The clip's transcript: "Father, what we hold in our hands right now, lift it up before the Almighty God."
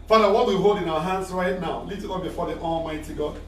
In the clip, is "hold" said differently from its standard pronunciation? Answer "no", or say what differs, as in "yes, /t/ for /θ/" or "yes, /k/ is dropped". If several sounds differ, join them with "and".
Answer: no